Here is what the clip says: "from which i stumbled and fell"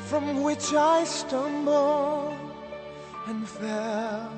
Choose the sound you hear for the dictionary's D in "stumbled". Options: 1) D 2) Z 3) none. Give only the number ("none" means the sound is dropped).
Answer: 3